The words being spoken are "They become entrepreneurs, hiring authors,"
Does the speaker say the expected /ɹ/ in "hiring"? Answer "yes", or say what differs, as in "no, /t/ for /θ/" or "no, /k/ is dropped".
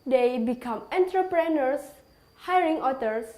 yes